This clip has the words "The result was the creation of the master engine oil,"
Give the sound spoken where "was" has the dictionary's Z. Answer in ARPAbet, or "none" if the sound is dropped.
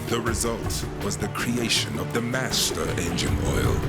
Z